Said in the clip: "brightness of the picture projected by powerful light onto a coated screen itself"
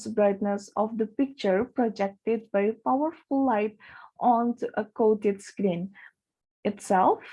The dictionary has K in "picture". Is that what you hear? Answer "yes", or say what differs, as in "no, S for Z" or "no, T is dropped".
yes